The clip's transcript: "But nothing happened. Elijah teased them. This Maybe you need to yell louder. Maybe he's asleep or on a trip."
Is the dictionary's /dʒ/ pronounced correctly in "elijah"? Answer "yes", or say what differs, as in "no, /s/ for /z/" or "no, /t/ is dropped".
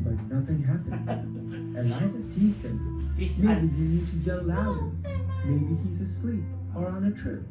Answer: no, /z/ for /dʒ/